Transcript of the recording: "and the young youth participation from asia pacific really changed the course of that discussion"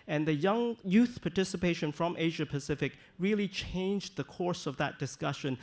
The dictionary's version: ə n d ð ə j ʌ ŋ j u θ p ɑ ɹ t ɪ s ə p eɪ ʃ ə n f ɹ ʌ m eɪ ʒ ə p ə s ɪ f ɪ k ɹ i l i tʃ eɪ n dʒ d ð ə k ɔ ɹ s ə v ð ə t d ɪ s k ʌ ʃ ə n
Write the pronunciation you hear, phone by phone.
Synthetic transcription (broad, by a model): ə n ð ə j ʌ ŋ j u θ p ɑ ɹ t ɪ s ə p eɪ ʃ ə n f ɹ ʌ m eɪ ʒ ə p ə s ɪ f ɪ k ɹ i l i tʃ eɪ n dʒ ð ə k ɔ ɹ s ə v ð ə t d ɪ s k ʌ ʃ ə n